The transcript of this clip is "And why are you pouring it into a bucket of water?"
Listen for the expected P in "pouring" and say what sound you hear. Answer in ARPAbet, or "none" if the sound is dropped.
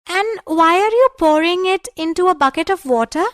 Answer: P